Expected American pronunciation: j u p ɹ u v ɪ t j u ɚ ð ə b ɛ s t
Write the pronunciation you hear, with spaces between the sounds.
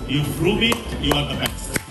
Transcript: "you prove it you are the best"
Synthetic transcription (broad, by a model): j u f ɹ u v ɪ t j u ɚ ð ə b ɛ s